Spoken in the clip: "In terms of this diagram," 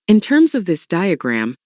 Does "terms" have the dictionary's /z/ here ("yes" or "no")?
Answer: yes